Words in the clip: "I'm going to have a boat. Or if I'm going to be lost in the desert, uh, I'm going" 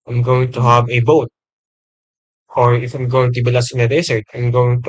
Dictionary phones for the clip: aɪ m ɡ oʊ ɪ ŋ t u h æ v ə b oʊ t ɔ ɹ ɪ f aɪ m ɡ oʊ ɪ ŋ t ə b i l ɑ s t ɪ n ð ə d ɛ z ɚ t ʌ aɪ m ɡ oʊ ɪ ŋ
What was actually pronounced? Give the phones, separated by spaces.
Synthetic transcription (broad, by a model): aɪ m ɡ oʊ ɪ ŋ t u h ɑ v ə b oʊ t ɔ ɹ ɪ f aɪ m ɡ oʊ ɪ ŋ t ə b i l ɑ s ɪ n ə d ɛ s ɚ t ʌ aɪ m ɡ oʊ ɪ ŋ